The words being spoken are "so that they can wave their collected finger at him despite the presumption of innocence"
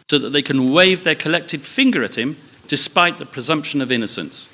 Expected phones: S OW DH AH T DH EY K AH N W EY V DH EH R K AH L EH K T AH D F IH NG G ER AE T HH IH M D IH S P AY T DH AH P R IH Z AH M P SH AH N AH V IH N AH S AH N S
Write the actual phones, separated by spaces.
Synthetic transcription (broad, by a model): S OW DH AH T DH EY K AH N W EY V DH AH R K AH L EH K T AH D F IH NG G ER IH T HH IH M D IH S P AY T DH AH P R IH Z AH M P SH AH N AH V IH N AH S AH N S